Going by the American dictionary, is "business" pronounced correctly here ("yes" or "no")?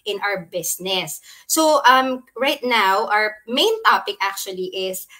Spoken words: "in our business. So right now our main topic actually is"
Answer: no